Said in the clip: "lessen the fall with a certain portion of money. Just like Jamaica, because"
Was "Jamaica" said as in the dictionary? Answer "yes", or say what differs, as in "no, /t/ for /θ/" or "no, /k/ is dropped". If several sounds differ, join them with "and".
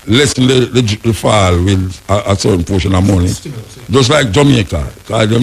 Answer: no, /k/ is dropped